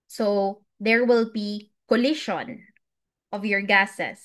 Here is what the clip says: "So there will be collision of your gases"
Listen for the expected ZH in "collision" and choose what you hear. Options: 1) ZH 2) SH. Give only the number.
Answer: 2